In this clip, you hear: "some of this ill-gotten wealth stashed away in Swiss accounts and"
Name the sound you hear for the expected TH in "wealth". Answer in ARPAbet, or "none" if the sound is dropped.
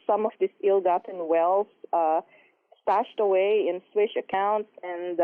S